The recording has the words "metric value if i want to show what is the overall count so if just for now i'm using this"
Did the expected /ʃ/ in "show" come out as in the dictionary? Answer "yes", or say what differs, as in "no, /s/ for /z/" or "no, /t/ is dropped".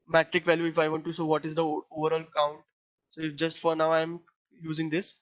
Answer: no, /s/ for /ʃ/